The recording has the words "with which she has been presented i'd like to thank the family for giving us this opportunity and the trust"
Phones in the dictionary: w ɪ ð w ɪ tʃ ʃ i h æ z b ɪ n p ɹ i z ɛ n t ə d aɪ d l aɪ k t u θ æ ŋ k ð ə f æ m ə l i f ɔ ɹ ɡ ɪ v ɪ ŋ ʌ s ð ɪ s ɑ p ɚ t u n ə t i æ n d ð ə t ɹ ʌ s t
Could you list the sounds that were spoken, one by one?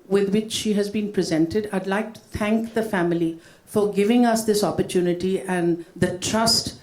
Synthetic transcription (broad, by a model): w ɪ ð w ɪ tʃ ʃ i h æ z b ɪ n p ɹ i z ɛ n t ə d aɪ d l aɪ k t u t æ ŋ k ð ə f æ m ə l i f ɔ ɹ ɡ ɪ v ɪ ŋ ʌ s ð ɪ s ɑ p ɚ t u n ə t i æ n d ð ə t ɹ ʌ s t